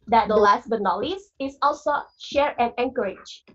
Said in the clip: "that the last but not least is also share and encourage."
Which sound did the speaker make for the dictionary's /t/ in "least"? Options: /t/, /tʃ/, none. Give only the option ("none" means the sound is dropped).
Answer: none